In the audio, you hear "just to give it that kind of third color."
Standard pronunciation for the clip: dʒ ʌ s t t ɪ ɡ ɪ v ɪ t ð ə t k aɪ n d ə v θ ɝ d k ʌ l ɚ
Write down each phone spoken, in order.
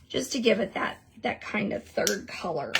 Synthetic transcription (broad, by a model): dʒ ʌ s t t ɪ ɡ ɪ v ɪ t ð ə t k aɪ n d ə v θ ɝ d k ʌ l ɚ